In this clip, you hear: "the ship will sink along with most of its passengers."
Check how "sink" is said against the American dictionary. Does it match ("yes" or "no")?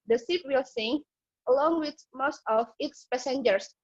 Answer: no